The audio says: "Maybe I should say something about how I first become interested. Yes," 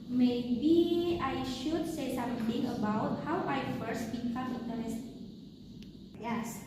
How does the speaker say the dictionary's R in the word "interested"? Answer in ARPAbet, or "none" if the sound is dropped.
none